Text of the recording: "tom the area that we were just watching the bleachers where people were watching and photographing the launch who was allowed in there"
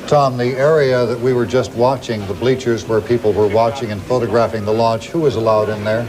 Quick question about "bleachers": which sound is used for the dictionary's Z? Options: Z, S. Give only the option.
Z